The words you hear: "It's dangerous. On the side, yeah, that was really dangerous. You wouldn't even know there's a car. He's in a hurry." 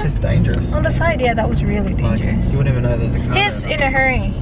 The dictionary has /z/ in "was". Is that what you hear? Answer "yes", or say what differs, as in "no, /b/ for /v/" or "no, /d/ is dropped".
yes